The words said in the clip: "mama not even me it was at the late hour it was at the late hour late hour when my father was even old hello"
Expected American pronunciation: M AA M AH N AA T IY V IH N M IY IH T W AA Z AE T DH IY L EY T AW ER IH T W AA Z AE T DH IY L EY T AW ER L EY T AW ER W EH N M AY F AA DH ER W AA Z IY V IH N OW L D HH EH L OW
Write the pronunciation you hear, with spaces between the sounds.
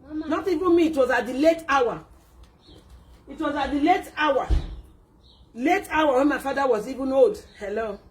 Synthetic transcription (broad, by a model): N AA T IY V IH N M IY T W AA Z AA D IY L EY T AW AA IH T W AA Z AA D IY L EY T AW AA L EY T AW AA W EH N M AY F AA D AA W AA Z IY V IH N OW D HH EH L OW